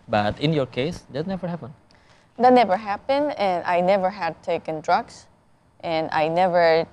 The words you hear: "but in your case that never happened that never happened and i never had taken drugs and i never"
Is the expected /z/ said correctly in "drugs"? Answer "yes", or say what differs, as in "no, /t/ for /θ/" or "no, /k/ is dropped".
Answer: no, /s/ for /z/